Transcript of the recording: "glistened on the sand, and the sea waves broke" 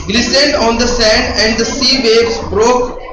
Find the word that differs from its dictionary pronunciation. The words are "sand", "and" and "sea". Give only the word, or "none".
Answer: none